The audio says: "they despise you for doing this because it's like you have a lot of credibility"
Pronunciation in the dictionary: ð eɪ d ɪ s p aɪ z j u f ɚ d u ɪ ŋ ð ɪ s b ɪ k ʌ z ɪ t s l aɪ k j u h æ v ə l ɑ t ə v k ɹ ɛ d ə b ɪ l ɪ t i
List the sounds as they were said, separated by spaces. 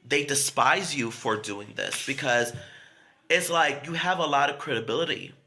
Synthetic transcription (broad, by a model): ð eɪ d ɪ s p aɪ z j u f ɚ d u ɪ ŋ ð ɪ s b ɪ k ʌ z ɪ t s l aɪ k j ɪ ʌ v ə l ɑ t ə v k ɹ ɛ d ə b ɪ l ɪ t i